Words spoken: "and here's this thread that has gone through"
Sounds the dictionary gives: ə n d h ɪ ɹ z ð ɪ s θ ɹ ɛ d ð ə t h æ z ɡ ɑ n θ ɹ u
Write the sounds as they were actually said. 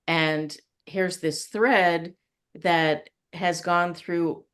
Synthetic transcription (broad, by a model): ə n h ɪ ɹ z ð ɪ s θ ɹ ɛ d ð ə t h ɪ z ɡ ɑ n θ ɹ u